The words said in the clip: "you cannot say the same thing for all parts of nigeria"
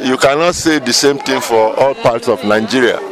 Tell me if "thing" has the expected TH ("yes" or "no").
no